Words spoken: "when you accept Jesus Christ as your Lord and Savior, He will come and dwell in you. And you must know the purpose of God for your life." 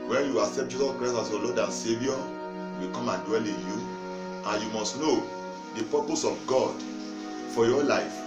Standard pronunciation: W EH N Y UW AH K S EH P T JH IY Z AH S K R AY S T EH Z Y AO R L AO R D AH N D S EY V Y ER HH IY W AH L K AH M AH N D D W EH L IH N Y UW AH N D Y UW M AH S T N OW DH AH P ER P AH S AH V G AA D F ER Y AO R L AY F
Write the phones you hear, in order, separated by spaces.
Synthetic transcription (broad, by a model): W EH N Y UW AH K S EH P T JH IY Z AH S K R AY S AA S Y AO L AO D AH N S EY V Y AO W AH K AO M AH N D D W EH L IH N Y UW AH N Y UW M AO S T N OW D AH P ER P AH S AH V G AA D F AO Y AO L AY F